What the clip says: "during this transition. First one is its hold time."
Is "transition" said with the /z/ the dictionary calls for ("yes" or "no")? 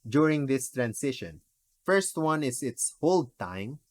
no